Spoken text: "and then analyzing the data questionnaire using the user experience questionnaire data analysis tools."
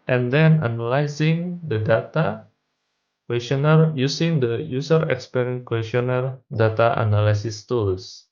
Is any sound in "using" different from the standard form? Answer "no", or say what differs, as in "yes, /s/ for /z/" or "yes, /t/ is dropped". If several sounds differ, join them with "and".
yes, /s/ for /z/